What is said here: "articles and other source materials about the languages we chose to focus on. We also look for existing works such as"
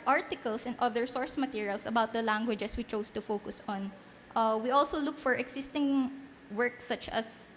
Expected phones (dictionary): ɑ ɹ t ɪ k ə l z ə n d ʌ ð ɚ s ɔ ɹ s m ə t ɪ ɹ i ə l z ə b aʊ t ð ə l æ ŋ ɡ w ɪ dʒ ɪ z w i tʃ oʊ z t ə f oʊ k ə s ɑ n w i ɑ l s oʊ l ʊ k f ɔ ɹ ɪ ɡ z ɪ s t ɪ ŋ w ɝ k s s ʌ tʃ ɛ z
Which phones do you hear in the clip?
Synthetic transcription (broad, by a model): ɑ ɹ t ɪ k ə l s ə n d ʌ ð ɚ s ɔ ɹ s m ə t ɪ ɹ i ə l s ə b aʊ t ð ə l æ ŋ ɡ w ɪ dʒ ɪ s w i tʃ oʊ s t ə f oʊ k ə s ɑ n w i ɑ l s oʊ l ʊ k f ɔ ɹ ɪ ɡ s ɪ s t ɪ ŋ w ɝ k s s ʌ tʃ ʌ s